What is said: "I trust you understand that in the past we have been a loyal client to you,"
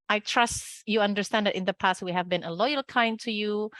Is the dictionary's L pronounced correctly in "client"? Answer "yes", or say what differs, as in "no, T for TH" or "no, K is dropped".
no, L is dropped